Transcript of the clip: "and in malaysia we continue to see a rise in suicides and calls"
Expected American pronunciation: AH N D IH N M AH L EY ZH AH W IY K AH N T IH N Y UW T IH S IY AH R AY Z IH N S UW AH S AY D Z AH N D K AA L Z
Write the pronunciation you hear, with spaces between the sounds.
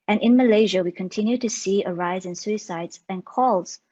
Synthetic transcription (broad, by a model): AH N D IH N M AH L EY ZH AH W IY K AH N T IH N Y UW T IH S IY AH R AY Z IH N S UW AH S AY D Z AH N K AA L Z